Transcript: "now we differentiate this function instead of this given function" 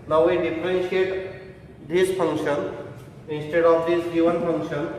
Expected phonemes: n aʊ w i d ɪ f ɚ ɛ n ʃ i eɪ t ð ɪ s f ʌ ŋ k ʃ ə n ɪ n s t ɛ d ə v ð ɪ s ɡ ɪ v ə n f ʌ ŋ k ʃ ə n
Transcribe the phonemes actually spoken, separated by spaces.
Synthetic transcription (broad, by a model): n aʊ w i d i p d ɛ n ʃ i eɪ t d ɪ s p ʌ ŋ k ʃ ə n ɪ n s t ɛ d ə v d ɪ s ɡ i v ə n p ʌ ŋ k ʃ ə n